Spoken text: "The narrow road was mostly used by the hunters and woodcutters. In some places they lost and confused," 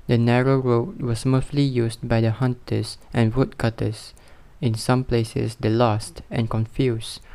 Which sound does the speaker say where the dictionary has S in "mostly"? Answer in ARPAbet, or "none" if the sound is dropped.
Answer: TH